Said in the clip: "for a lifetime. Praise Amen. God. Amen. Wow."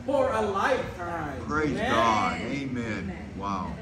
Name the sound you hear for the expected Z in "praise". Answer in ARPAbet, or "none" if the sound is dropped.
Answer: none